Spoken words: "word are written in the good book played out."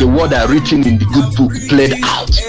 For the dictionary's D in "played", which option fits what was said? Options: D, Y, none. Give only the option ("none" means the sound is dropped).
D